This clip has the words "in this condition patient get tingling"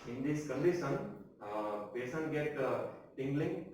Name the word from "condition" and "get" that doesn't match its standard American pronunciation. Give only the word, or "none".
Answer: condition